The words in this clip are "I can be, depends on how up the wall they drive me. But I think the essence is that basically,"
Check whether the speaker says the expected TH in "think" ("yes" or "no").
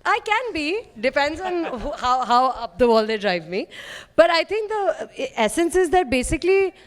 no